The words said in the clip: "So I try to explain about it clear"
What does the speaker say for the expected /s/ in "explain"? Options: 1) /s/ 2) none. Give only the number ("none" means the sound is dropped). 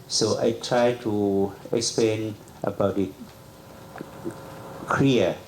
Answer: 1